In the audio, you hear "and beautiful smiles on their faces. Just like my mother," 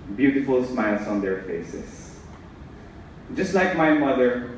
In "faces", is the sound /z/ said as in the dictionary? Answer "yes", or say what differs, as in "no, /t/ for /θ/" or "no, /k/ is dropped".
no, /s/ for /z/